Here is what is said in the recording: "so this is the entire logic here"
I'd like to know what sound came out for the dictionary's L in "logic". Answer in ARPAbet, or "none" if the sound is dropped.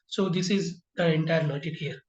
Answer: N